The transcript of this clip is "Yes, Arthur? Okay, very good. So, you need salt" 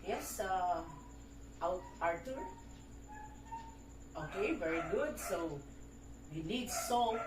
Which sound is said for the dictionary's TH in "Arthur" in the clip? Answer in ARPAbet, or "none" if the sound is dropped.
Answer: T